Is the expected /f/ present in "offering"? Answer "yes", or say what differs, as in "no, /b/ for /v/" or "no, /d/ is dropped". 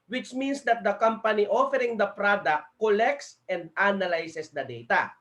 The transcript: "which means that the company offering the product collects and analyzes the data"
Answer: yes